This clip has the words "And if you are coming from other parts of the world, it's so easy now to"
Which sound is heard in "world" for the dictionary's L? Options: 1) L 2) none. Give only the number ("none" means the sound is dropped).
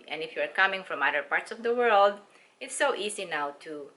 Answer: 1